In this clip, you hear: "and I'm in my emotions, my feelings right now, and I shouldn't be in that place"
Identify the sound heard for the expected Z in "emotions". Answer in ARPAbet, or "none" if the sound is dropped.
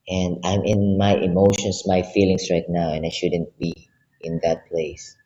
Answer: S